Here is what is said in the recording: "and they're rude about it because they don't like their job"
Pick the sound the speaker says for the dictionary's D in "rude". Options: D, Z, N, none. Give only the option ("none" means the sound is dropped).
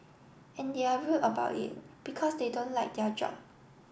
none